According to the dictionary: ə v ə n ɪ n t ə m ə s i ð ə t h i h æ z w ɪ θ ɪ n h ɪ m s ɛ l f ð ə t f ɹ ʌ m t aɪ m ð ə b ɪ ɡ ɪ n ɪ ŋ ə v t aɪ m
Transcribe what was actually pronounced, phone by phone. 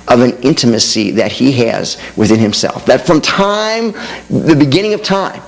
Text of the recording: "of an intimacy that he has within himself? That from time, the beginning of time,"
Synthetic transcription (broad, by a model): ə v ə n ɪ n t ə m ə s i ð ə t h i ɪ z w ɪ θ ɪ n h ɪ m s ɛ l f ð ə t f ɹ ʌ m t aɪ m ð ə b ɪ ɡ ɪ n ɪ ŋ ə v t aɪ m